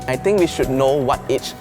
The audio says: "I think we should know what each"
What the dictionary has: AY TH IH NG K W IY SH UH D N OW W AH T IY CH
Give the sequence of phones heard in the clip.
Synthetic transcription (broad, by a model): AY T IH NG K W IY SH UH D N OW W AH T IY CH